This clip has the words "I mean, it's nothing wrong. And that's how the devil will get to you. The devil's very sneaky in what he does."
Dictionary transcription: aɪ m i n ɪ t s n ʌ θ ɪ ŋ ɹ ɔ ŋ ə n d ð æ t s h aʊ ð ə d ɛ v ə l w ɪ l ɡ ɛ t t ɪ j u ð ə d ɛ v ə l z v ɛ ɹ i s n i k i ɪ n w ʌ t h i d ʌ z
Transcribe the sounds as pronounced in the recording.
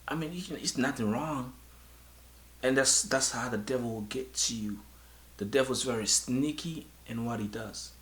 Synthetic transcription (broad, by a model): aɪ m i n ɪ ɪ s n ʌ θ ɪ ŋ ɹ ɔ ŋ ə n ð ð æ t s h aʊ ð ə d ɛ v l w ɪ l ɡ ɛ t t ɪ j u ð ə d ɛ v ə z v ɛ ɹ i s n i k i ɪ n w ʌ t h i d ʌ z